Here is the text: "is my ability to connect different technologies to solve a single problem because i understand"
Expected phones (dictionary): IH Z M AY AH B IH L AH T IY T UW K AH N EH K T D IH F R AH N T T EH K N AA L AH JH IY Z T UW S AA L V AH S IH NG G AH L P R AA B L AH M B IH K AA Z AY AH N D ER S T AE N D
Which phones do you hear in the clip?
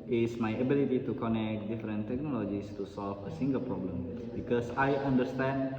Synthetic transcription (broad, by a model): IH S M AY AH B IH L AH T IY T UW K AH N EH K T D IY F R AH N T T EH K N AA L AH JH IY S T UW S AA L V AH S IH NG G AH L P R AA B L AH M B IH K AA S AY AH N D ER S T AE N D